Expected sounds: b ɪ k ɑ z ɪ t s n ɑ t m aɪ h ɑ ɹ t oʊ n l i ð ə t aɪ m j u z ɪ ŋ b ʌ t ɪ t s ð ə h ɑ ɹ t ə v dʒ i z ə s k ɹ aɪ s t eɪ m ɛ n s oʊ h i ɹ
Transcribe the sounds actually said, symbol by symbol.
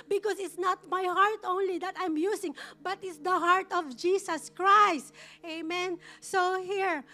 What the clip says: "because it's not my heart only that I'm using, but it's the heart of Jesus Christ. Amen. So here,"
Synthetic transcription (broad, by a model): b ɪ k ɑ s ɪ t s n ɑ t m aɪ h ɑ ɹ t oʊ n l i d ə t aɪ m j u s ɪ ŋ b ʌ t ɪ t s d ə h ɑ ɹ t ə v dʒ i s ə s k ɹ aɪ s t eɪ m ɛ n s oʊ h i ɹ